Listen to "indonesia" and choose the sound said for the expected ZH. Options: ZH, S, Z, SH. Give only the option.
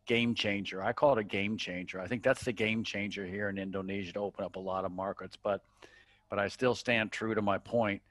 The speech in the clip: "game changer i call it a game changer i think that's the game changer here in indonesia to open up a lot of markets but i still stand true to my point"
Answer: ZH